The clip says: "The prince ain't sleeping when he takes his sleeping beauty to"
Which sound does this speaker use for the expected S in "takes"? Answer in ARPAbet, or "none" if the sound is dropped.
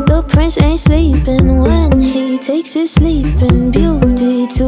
S